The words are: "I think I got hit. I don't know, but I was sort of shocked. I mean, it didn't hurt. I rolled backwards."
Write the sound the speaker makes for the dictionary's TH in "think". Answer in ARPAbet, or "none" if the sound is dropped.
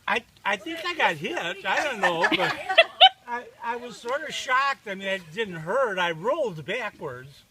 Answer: TH